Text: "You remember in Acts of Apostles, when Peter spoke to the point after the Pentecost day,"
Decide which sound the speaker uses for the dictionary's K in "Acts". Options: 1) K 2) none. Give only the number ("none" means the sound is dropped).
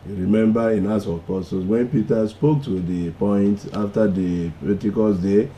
2